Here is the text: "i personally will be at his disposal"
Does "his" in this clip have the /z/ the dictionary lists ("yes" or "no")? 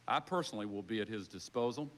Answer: yes